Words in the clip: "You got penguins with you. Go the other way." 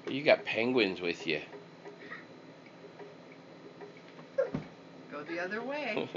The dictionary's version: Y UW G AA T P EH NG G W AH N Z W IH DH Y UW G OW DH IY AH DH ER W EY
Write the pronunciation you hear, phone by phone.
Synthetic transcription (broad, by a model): Y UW G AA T P EH NG G W AH N Z W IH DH Y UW G OW DH IY AH DH ER W EY